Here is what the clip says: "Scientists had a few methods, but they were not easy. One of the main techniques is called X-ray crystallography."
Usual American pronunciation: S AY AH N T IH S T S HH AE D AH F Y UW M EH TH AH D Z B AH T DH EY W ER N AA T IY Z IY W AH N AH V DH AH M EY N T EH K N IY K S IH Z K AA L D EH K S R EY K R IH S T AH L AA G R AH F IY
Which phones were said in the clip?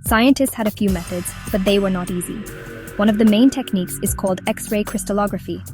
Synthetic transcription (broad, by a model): S AY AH N T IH S T S HH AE D AH F Y UW M EH TH AH D Z B AH T DH EY W ER N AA T IY Z IY W AH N AH V DH AH M EY N T EH K N IY K S IH Z K AA L D EH K S R EY K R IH S T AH L AA G R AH F IY